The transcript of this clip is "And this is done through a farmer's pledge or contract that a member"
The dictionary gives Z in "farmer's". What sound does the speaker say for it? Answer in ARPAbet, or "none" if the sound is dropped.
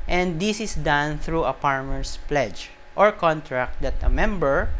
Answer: S